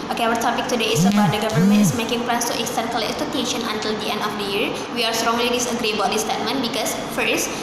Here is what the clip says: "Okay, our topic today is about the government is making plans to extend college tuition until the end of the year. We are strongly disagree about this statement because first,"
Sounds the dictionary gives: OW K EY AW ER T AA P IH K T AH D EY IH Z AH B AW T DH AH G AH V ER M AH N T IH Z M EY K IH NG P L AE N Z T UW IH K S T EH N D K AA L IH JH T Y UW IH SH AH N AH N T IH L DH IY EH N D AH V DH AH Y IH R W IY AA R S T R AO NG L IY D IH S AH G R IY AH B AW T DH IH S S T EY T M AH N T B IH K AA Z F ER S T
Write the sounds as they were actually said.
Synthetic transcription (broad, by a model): OW K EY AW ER T AA P IH K T AH D EY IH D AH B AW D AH G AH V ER M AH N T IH S M EY K IH NG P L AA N S T UW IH K S T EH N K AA L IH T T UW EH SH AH N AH N T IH L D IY EH N D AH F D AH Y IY R W IY AA R S T R AO NG L IY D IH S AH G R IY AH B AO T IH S S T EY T M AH N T B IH K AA S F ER S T